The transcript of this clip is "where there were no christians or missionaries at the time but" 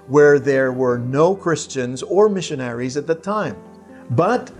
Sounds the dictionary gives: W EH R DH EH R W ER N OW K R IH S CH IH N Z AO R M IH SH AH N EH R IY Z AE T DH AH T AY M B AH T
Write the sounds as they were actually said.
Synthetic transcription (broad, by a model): W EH R DH EH R W ER N OW K R IH S CH IH N Z AO R M IH SH AH N EH R IY Z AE T DH AH T AY M B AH T